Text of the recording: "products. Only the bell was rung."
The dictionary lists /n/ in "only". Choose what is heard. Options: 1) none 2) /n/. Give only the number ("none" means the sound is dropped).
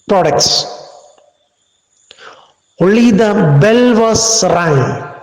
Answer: 1